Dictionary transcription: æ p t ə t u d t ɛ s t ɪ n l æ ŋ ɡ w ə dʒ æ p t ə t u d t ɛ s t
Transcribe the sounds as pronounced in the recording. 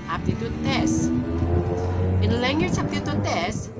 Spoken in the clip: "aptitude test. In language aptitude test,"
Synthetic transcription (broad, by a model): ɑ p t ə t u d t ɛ s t ɪ n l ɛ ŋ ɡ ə tʃ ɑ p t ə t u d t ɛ s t